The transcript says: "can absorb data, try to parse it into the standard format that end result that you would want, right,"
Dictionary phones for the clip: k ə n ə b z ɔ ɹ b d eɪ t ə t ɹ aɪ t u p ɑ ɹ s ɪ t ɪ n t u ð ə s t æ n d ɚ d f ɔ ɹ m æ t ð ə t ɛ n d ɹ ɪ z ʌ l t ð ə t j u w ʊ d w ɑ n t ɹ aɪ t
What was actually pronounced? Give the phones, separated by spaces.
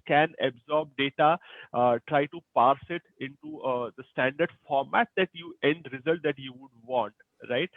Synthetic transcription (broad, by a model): k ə n ə b z ɔ ɹ b d eɪ t ə t ɹ aɪ t u p ɑ ɹ s ɪ t ɪ n t u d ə s t æ n d ɚ d f ɔ ɹ m æ t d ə t ɛ n d ɹ ɪ z ʌ l t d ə t j u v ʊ d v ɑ n t ɹ aɪ t